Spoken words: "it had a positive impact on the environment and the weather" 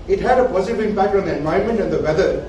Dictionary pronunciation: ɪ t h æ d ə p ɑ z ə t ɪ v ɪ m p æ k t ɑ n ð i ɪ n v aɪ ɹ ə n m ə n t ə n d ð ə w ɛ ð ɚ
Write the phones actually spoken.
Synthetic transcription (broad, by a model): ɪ t h æ d ə p ɑ z ə t ɪ v ɪ m p æ k t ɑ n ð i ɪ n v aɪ ə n m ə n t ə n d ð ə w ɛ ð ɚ